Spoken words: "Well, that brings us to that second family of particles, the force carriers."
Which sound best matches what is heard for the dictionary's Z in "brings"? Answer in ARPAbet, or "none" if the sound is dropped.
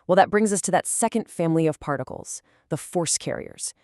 Z